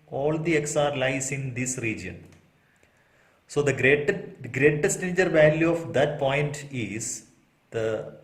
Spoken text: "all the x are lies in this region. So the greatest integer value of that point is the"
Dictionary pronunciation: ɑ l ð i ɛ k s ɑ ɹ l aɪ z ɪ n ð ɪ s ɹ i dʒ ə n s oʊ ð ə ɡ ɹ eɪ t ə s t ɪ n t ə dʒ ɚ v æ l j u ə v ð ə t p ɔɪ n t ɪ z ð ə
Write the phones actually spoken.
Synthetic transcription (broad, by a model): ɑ l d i ɛ k s ɑ ɹ l aɪ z ɪ n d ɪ s ɹ i dʒ ə n s oʊ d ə ɡ ɹ eɪ t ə t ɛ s t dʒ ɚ v æ l j u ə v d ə t p ɔɪ n t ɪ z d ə